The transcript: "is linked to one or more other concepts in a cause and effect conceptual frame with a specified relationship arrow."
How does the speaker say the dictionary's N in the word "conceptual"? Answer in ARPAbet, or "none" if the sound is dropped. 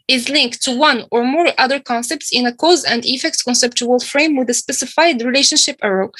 N